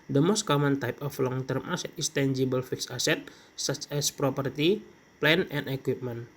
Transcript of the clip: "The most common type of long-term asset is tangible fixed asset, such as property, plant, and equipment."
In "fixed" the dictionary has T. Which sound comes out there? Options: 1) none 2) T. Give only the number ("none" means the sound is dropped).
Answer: 1